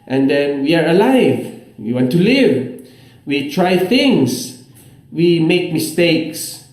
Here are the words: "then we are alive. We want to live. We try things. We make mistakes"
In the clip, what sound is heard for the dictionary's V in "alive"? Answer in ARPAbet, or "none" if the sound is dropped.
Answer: V